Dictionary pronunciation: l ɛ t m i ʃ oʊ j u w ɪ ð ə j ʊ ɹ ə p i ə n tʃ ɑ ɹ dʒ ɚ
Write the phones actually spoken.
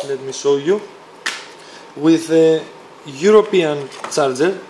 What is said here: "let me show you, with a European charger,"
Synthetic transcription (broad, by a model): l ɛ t m i s oʊ j u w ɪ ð ə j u ɹ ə p i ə n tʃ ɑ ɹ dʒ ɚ